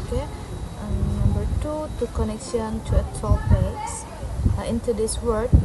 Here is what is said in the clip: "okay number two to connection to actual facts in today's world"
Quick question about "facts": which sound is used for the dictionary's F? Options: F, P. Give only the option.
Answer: P